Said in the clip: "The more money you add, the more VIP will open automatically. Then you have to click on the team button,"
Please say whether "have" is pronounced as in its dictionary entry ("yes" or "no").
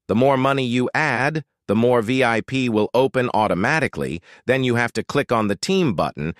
no